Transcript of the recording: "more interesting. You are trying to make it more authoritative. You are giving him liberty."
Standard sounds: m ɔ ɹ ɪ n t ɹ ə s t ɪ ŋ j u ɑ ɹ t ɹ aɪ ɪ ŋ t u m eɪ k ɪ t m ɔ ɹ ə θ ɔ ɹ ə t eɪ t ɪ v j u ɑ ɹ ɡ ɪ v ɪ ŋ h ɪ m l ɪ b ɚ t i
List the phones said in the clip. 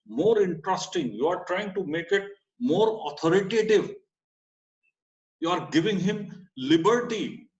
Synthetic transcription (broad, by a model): m ɔ ɹ ɪ n t ɹ ə s t ɪ ŋ j u ɑ ɹ t ɹ aɪ ɪ ŋ t u m eɪ k ɪ t m ɔ ɹ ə t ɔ ɹ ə t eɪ t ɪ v j u ɑ ɹ ɡ ɪ v ɪ ŋ h ɪ m l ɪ b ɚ t i